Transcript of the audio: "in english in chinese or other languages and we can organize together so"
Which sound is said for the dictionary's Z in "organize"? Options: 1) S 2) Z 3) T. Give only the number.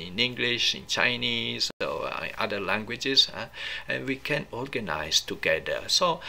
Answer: 1